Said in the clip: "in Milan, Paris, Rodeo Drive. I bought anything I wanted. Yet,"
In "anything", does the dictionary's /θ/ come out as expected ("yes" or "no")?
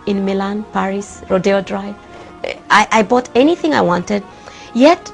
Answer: yes